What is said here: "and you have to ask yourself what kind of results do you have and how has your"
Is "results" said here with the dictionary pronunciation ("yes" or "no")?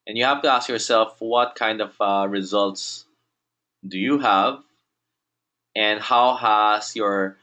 yes